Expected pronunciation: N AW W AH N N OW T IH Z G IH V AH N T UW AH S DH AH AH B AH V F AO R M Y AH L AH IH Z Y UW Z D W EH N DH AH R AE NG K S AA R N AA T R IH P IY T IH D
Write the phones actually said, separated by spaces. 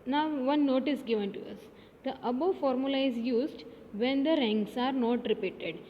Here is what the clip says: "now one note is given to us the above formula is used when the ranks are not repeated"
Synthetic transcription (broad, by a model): N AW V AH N N OW T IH S G IH V AH N T UW AH S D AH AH B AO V F AO R M Y AH L AH IH Z Y UW Z D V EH N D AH R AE NG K S AA R N AA T R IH P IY T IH D